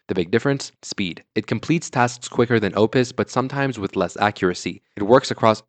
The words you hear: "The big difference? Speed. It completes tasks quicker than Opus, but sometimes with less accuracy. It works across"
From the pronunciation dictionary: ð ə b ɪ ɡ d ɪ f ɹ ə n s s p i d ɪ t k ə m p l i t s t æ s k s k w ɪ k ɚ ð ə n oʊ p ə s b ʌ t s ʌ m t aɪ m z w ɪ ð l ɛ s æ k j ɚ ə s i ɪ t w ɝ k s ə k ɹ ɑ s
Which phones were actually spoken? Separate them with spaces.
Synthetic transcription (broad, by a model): ð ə b ɪ ɡ d ɪ f ɹ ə n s s p i d ɪ t k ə m p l i t s t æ s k s k w ɪ k ɚ ð ə n oʊ p ə s b ʌ t s ʌ m t aɪ m z w ɪ ð l ɛ s æ k j ɚ ə s i ɪ t w ɝ k s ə k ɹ ɑ s